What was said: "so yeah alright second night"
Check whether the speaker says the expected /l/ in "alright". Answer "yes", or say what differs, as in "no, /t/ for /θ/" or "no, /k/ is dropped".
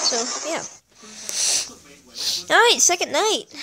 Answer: no, /l/ is dropped